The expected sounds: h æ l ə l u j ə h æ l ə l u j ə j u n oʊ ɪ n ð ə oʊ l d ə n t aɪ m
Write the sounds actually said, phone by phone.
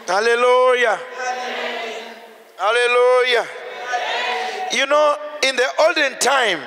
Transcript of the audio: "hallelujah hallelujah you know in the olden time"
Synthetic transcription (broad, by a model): h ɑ l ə l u j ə h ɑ l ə l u j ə j u n oʊ ɪ n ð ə oʊ l d ə n t aɪ m